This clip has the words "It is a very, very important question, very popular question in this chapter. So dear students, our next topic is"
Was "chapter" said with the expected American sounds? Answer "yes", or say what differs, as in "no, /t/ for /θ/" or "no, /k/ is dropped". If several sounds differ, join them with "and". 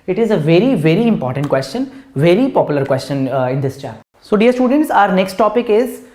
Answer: no, /p/ is dropped